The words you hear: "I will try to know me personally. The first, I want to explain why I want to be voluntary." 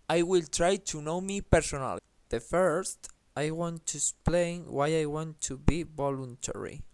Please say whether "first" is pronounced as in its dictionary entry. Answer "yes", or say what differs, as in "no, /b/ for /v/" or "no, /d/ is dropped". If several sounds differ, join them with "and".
yes